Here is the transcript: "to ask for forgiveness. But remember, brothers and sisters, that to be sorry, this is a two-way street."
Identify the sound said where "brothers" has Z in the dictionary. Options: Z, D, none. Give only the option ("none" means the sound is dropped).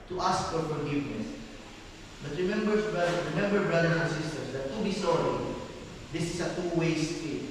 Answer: none